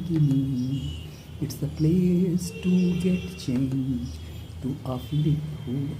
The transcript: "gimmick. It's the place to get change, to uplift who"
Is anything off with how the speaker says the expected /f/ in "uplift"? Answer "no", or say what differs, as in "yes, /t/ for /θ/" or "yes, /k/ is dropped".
yes, /f/ is dropped